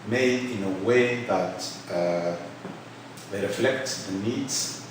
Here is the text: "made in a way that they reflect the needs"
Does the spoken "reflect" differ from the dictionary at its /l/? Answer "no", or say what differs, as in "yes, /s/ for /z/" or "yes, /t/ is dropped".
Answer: no